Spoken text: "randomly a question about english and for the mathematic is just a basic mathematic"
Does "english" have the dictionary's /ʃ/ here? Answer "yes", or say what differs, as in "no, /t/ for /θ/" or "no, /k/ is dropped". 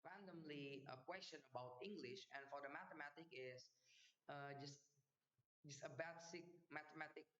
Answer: yes